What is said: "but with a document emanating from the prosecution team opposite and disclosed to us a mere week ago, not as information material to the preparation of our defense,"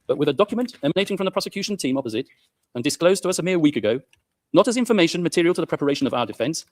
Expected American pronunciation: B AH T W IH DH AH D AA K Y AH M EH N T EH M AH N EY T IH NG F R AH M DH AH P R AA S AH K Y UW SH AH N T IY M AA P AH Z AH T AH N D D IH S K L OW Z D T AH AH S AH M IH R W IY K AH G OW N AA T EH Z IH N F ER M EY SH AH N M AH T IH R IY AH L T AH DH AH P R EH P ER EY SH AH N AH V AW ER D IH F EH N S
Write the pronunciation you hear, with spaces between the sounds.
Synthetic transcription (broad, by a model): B AH T W IH DH AH D AA K Y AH M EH N T EH M AH N EY T IH NG F R AH M DH AH P R AA S AH K Y UW SH AH N T IY M AA P AH Z AH T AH N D D IH S K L OW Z T AH AH S AH M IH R W IY K AH G OW N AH T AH Z IH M F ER M EY SH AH N M AH T IH R IY AH L T AH DH AH P R EH P ER EY SH AH N AH V AW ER D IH F EH N S